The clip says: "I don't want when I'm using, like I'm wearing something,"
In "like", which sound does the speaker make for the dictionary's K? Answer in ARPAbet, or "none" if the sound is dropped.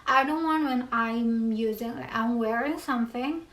none